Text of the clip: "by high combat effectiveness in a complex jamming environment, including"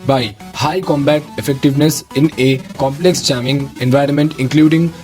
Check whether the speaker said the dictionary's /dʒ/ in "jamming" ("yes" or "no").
no